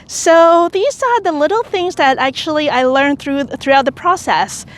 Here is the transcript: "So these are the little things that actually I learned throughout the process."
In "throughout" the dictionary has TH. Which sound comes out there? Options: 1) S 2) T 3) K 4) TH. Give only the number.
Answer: 4